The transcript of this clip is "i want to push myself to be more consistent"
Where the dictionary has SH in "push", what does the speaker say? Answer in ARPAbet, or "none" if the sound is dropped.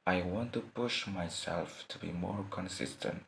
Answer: SH